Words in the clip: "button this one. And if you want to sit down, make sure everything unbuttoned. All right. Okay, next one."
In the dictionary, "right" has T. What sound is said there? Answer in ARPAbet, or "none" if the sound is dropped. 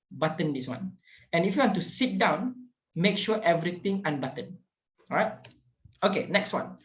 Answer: T